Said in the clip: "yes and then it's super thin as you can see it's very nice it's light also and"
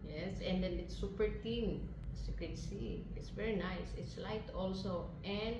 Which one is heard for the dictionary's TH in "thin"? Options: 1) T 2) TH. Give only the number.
1